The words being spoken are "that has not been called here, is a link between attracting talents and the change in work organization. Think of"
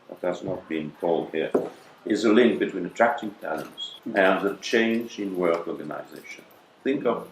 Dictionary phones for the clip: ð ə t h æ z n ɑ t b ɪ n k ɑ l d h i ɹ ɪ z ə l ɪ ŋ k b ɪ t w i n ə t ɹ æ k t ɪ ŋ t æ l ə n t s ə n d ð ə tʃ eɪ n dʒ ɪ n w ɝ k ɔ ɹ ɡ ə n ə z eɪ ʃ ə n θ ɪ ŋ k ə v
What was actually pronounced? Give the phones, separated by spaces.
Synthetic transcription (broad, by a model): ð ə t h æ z n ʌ t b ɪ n k ɑ l d h i ɹ ɪ z ə l ɪ ŋ k b ɪ t w i n ə t ɹ æ k t ɪ ŋ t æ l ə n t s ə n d ð ə tʃ eɪ n dʒ ɪ n w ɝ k ɔ ɹ ɡ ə n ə z eɪ ʃ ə n θ ɪ ŋ k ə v